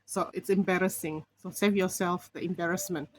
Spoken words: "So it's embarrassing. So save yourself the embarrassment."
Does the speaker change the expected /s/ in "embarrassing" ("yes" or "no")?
no